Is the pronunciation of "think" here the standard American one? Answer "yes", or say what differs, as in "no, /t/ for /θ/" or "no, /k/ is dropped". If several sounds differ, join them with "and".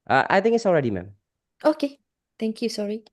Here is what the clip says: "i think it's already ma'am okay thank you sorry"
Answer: no, /k/ is dropped